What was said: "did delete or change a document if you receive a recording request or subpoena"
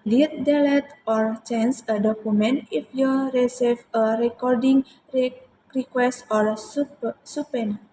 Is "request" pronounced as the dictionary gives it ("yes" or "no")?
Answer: yes